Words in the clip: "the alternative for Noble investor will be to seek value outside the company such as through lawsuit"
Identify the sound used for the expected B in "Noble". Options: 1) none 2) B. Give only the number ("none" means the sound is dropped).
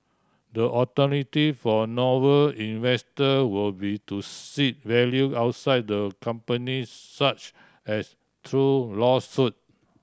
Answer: 1